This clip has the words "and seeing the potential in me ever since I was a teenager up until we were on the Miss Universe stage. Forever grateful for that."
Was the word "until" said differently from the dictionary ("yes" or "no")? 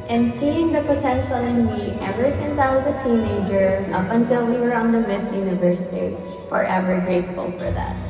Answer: no